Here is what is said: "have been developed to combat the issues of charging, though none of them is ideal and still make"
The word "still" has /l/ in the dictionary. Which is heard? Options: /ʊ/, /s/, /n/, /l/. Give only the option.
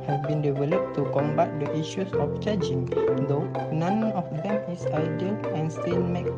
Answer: /n/